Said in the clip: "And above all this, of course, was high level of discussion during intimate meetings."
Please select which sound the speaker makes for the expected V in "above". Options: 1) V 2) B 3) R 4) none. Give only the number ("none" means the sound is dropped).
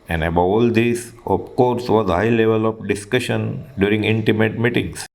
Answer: 4